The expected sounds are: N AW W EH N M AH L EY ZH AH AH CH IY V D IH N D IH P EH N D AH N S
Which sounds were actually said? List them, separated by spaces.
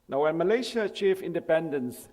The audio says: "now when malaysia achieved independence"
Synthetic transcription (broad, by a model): N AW W EH N M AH L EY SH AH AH CH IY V IH N D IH P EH N D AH N S